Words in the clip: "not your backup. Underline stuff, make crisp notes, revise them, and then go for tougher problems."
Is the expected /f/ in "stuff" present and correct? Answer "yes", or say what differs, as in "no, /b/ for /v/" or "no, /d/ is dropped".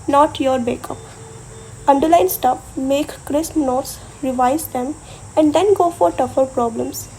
no, /p/ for /f/